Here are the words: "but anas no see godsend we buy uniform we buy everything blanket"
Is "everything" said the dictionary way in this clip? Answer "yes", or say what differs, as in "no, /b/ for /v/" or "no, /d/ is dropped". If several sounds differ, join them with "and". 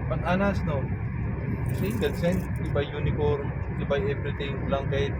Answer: no, /t/ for /θ/